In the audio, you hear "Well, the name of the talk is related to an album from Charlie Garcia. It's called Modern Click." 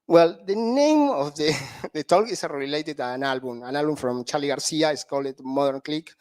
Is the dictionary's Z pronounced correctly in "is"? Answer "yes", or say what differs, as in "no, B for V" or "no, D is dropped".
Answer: no, S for Z